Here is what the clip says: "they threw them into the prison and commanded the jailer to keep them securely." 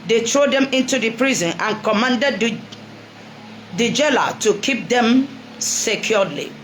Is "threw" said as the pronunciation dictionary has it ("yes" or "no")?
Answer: no